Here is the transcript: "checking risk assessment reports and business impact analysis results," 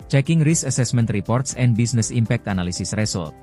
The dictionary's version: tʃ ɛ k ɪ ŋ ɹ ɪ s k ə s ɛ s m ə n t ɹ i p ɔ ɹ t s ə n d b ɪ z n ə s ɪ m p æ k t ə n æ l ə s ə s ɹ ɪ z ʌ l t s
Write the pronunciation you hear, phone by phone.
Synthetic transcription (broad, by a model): tʃ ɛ k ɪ ŋ ɹ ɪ s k ə s ɛ s m ə n t ɹ i p ɔ ɹ t s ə n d b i s n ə s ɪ m p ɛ k t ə n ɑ l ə s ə s ɹ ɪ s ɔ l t